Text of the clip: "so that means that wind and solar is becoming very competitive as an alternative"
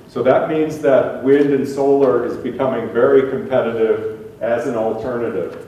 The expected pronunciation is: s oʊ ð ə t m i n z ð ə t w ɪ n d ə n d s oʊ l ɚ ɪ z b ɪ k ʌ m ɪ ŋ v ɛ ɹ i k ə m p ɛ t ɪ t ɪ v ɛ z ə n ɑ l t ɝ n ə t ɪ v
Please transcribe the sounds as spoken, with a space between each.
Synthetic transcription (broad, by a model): s oʊ ð ə t m i n z ð ə t w ɪ n d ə n s oʊ l ɚ ɪ z b ɪ k ʌ m ɪ ŋ v ɛ ɹ i k ə m p ɛ t ɪ t ɪ v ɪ z ə n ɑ l t ɝ n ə t ɪ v